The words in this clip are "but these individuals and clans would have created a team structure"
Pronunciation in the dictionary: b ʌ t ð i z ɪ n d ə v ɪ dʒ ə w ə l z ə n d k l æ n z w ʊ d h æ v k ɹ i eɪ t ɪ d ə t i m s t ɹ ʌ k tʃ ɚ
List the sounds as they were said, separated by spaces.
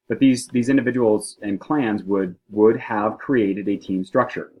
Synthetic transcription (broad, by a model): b ʌ t ð i z ɪ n d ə v ɪ dʒ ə w l z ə n k l æ n z w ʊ d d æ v k ɹ i eɪ t ɪ d ə t i m s t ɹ ʌ k tʃ ɚ